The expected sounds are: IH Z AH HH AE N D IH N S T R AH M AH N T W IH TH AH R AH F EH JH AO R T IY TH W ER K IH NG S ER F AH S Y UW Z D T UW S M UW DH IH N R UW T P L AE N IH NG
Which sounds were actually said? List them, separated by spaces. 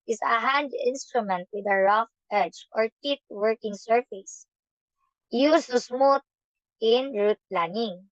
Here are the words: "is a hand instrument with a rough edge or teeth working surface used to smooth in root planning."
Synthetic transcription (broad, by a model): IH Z AH HH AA N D IH N S T R AH M AH N T W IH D AH R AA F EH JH AO R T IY T W ER K IH NG S ER F AH S Y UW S T UW S M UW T IH N R UW T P L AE N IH NG